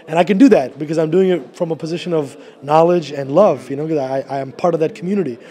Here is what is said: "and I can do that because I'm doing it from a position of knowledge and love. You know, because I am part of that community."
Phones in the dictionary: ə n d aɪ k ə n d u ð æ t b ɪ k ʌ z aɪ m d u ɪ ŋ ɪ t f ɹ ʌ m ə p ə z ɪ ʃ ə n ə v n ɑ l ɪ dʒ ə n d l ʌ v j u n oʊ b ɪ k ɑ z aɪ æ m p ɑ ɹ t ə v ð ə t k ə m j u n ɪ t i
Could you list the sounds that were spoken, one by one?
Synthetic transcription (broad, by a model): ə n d aɪ k ə n d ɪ ð æ t b ɪ k ʌ z aɪ m d u ɪ ŋ ɪ t f ɹ ʌ m ə p ə z ɪ ʃ ə n ə v n ɑ l ɪ dʒ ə n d l ʌ v j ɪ n oʊ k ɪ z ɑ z aɪ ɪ m p ɑ ɹ t ə v ð ə t k m j u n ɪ t i